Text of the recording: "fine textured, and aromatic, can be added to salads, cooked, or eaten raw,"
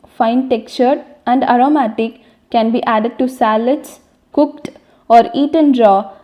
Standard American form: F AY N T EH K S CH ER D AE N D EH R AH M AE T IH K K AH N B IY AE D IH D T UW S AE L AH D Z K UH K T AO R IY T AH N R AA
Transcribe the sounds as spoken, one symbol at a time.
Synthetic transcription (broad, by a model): F AY N T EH K CH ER D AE N D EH R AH M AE T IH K K AH N B IY AE D IH D T UW S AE L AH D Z K UH K T AO R IY T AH N R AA